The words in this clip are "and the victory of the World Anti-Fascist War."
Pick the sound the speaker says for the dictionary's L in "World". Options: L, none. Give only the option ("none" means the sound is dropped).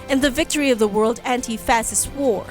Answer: L